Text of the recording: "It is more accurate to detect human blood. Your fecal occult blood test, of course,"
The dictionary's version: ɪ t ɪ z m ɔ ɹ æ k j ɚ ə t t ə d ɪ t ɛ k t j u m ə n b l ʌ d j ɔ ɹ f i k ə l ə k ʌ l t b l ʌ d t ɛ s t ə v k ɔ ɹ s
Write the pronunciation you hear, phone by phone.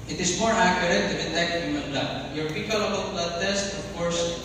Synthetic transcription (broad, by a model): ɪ t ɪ s m ɔ ɹ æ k j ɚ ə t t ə d ɪ t ɛ k t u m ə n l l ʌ j ɔ ɹ p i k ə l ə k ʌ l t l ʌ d t ɛ s t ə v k ɔ ɹ s